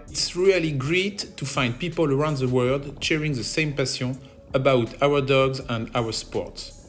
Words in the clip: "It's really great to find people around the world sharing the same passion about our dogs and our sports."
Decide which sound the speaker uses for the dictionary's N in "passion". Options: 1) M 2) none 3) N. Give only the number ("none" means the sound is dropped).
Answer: 2